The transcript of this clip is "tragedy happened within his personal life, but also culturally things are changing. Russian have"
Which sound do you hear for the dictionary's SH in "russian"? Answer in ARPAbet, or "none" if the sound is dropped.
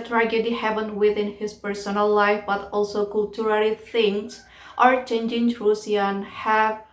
S